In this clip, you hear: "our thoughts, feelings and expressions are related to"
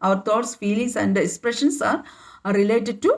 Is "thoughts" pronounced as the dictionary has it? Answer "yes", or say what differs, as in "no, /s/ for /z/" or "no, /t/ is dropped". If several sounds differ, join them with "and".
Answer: no, /t/ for /θ/